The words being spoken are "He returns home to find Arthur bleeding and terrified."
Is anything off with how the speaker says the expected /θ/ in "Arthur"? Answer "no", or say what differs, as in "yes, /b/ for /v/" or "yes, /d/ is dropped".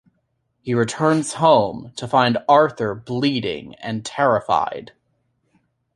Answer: no